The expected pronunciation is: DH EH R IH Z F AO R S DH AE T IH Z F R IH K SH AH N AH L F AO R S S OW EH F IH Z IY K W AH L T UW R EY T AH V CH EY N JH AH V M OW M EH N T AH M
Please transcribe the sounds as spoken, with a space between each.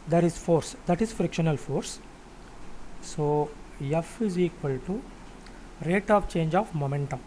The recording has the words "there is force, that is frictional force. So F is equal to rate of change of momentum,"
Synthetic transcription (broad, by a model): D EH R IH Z F AO R S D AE T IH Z F R IH K SH AH N AH L F AO R S S OW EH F IH Z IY K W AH L T UW R EY T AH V CH EY N JH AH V M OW M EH N T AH M